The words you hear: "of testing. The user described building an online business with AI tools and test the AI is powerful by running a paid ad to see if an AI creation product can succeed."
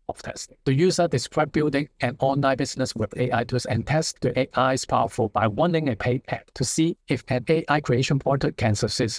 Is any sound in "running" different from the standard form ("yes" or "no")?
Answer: yes